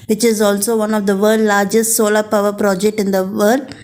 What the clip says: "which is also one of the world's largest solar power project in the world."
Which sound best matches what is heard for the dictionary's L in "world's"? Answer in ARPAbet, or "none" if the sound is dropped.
none